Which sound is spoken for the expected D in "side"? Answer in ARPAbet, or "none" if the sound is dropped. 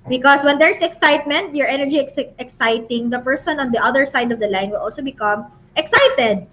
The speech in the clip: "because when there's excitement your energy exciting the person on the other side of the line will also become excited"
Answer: D